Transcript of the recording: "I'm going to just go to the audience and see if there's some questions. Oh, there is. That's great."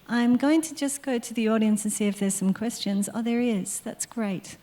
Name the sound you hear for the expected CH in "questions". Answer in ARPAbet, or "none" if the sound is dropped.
CH